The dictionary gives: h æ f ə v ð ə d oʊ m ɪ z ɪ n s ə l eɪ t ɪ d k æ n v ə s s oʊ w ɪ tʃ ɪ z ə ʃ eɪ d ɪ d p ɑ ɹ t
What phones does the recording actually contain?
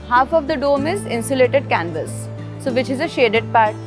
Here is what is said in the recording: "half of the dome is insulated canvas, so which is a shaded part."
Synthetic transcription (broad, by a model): h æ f ə v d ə d oʊ m ɪ z ɪ n s ə l eɪ t ɪ d k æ n v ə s s oʊ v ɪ tʃ ɪ z ə ʃ eɪ d ɪ d p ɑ ɹ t